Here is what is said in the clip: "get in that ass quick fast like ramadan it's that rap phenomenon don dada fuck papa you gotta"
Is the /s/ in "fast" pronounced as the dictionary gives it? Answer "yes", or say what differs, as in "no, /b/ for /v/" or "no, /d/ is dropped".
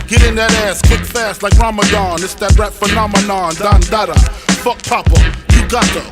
yes